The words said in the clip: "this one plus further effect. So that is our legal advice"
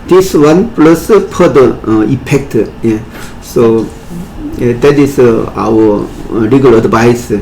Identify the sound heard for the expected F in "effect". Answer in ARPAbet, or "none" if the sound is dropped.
P